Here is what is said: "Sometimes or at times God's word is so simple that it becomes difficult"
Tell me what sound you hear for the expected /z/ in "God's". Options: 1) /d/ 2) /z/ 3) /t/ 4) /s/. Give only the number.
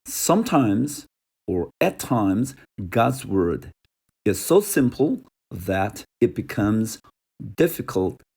2